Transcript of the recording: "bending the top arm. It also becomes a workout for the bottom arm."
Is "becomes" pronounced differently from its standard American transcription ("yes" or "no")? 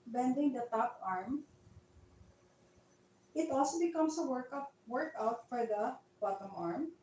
yes